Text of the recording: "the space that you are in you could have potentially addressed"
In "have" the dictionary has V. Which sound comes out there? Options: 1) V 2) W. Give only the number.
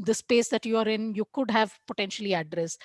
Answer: 1